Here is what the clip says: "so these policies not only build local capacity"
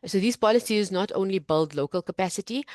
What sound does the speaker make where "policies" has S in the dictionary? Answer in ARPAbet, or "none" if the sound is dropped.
S